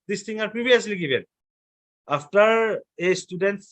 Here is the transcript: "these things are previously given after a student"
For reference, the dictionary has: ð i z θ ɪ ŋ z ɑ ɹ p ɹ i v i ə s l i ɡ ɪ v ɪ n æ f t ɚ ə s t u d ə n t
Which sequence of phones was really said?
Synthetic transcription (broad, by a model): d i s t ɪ ŋ ɑ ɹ p ɹ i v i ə s l i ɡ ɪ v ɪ n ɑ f t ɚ ə s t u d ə n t